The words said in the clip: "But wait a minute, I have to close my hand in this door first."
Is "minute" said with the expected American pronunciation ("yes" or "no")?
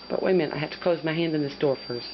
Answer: no